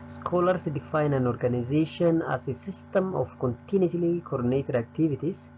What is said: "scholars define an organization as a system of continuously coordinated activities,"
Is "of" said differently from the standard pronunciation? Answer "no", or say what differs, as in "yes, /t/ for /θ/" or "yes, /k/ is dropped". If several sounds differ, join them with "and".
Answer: yes, /f/ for /v/